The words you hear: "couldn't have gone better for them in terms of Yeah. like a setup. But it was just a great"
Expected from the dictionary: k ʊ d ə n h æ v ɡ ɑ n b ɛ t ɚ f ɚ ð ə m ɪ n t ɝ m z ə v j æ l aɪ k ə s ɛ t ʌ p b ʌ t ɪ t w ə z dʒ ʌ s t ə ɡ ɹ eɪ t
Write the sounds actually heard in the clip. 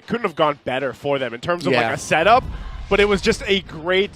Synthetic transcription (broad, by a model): k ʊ d n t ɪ v ɡ ɑ n b ɛ t ɚ f ɚ ð ə m ɪ n t ɝ m z ə v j l aɪ k ə s ɛ t ʌ p b ʌ t ɪ t w ə z dʒ ʌ s t ə ɡ ɹ eɪ t